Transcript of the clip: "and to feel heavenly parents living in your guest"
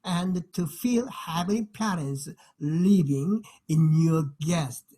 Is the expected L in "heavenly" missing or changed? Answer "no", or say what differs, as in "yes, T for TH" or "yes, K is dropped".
yes, L is dropped